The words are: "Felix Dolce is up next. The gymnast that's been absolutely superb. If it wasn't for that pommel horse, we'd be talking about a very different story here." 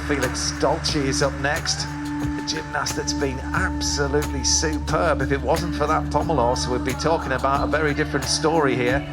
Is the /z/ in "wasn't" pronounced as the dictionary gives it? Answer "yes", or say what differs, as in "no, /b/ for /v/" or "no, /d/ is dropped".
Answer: yes